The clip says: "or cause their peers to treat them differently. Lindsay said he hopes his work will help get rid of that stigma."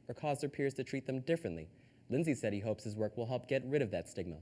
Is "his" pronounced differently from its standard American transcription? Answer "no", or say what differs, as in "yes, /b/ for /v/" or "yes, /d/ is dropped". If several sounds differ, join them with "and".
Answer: no